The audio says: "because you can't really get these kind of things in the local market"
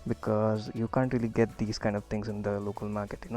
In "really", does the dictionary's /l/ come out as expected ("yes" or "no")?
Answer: yes